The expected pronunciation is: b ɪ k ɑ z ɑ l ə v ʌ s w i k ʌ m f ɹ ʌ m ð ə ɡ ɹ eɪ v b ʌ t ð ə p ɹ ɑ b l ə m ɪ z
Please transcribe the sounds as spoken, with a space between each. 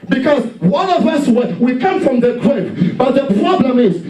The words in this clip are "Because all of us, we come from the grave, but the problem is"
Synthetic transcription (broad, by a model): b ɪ k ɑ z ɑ n ə v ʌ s w i k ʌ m f ɹ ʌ m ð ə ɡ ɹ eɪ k b ʌ t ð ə p ɹ ɑ b l ə m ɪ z